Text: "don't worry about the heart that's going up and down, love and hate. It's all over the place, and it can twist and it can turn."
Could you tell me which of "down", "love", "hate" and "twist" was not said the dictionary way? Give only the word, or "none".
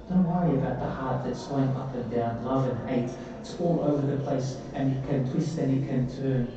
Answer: hate